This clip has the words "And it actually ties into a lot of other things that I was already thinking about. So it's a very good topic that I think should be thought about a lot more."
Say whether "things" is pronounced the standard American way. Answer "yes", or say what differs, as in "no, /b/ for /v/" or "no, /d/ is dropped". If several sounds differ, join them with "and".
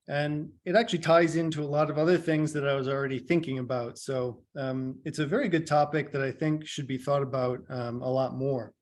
yes